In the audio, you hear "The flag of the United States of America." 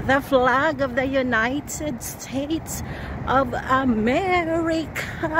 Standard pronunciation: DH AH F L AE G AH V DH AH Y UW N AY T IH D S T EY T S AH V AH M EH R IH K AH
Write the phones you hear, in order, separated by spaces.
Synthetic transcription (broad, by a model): DH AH F L AE G AH V DH AH Y UW N AY T IH D S T EY T S AH V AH M EH R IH K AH